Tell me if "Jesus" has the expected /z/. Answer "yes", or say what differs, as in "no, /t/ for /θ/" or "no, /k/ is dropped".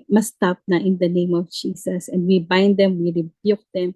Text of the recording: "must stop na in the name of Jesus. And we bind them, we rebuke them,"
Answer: no, /s/ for /z/